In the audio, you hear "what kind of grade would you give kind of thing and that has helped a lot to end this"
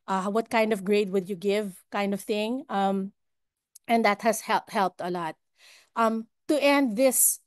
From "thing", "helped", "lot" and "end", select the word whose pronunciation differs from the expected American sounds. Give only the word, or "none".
none